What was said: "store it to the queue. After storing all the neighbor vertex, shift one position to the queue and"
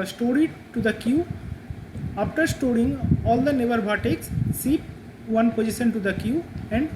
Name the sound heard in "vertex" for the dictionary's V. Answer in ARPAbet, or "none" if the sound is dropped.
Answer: B